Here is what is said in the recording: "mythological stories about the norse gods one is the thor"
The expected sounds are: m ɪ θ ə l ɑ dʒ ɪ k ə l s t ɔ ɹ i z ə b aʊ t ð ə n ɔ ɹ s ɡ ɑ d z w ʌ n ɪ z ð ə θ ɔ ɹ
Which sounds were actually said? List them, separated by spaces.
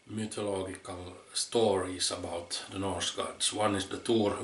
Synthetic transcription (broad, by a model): m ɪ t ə l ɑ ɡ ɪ k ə l s t ɔ ɹ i s ə b aʊ t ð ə n ɔ ɹ s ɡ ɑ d s w ʌ n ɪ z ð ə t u ɹ